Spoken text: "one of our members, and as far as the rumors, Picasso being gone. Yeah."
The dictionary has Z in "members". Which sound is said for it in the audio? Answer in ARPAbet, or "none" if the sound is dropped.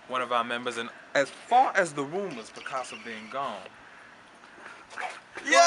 Z